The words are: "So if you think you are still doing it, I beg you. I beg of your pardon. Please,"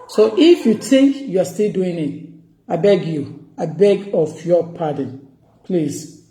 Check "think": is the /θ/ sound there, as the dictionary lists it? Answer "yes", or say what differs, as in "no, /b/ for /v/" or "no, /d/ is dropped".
no, /t/ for /θ/